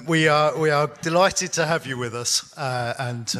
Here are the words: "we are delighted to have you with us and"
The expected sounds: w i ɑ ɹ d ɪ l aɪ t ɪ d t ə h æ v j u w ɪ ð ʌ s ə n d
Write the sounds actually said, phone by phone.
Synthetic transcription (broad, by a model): w i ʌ w d ɪ l aɪ t ɪ d t ə h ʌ v j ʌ w ɪ ð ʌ s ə n